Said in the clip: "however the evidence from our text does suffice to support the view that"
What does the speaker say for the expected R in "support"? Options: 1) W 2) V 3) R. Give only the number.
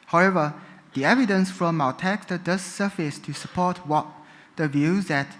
1